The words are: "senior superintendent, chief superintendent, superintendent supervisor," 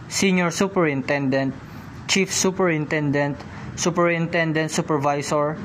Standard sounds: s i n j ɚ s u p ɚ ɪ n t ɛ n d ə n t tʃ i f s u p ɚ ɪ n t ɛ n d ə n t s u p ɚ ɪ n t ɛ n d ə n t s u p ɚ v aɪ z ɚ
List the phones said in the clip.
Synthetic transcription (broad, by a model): s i n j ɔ s u p ɚ ɪ n t ɛ n d ə n t tʃ i f s u p ɚ ɪ n t ɛ n d ə n t s u p ɚ ɪ n t ɛ n d ə n t s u p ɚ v aɪ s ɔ